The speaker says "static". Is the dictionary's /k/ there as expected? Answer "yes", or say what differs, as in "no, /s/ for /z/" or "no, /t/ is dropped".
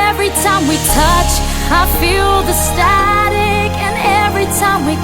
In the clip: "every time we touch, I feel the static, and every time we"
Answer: yes